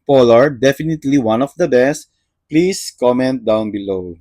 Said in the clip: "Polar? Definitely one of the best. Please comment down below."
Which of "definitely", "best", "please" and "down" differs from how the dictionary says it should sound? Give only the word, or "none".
please